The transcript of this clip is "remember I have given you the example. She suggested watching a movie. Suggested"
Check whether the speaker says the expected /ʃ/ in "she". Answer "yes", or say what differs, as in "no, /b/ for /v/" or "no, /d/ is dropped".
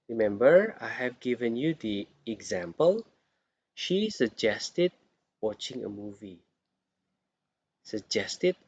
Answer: yes